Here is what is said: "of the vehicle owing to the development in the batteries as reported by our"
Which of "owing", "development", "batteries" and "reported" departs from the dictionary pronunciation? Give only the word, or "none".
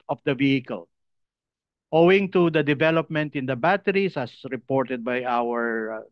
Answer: batteries